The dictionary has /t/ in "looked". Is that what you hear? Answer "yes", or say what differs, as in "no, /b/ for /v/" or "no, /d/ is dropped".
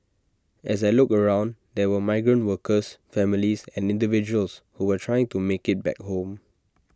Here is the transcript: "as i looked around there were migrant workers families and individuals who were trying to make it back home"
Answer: no, /t/ is dropped